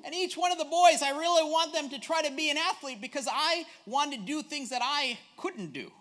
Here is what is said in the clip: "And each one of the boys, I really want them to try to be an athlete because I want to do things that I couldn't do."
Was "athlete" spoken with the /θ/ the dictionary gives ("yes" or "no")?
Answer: yes